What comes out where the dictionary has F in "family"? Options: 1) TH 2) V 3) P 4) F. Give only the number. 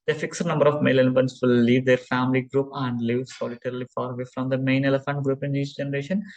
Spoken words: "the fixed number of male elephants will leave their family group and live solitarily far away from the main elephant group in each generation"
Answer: 4